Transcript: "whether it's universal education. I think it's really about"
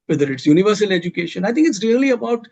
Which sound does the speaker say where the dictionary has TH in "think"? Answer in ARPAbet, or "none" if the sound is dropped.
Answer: T